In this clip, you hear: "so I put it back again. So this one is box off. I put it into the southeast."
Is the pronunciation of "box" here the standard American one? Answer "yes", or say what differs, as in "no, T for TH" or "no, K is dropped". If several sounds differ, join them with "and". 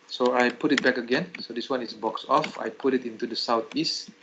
yes